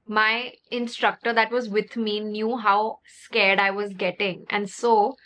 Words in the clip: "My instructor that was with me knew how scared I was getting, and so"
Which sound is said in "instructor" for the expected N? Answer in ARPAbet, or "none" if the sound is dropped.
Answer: N